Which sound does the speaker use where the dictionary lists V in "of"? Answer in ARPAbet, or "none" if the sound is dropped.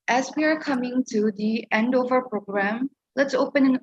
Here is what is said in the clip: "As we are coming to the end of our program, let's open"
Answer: V